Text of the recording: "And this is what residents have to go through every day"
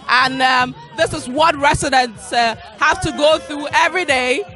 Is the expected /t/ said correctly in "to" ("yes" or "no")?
yes